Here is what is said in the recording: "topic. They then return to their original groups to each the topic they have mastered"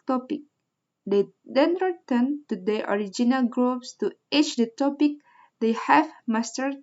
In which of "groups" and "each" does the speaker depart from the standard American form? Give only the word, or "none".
none